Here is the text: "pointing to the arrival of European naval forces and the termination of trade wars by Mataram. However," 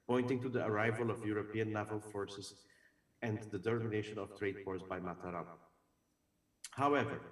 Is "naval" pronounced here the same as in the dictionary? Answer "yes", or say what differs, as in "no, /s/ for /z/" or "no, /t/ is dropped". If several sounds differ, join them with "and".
no, /l/ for /n/